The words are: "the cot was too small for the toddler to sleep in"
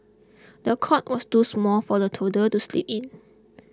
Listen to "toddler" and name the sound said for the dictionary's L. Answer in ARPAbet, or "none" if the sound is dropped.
none